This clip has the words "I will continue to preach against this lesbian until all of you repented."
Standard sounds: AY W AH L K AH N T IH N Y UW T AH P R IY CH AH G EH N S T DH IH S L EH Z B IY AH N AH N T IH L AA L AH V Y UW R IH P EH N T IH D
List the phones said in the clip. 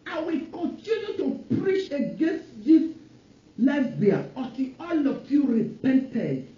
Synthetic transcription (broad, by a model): AY W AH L K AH N T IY N Y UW T AH P R IY CH AH G EH N S T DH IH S L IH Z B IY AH AH T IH AA L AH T Y UW R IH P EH N T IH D